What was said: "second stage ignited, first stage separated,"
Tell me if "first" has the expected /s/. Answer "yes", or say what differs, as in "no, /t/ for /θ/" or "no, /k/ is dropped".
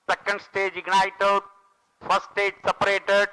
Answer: no, /s/ is dropped